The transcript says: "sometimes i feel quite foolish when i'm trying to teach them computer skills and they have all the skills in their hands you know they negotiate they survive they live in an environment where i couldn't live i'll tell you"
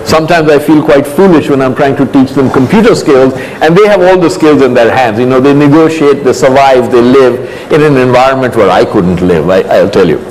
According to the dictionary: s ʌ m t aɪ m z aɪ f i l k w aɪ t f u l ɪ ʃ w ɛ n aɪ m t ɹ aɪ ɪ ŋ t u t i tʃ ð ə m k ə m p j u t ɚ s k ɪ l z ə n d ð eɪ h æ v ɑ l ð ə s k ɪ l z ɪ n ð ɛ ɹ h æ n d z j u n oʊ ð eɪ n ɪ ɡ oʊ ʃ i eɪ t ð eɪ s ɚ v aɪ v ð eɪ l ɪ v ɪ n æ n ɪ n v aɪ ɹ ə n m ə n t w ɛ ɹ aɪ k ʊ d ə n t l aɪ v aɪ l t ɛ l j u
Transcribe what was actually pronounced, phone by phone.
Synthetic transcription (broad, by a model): s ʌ m t aɪ m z aɪ f i l k w aɪ t f u l ɪ ʃ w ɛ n aɪ m t ɹ aɪ ɪ ŋ t u t i tʃ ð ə m k ə m p j u t ɚ s k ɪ l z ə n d eɪ h æ v ɑ l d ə s k ɪ l z ɪ n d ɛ ɹ h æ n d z j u n oʊ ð eɪ n ɪ ɡ oʊ ʃ i eɪ t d eɪ s ɚ v aɪ v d eɪ l ɪ v ɪ n æ n ɪ n v aɪ ɹ ə n m ə n t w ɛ ɹ aɪ k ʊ d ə n t l aɪ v aɪ l t ɛ l j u